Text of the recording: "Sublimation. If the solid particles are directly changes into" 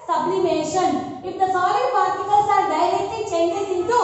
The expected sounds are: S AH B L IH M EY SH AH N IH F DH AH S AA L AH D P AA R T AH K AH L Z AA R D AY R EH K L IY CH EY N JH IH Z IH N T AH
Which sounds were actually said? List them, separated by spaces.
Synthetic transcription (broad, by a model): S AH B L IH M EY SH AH N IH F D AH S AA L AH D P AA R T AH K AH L S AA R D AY L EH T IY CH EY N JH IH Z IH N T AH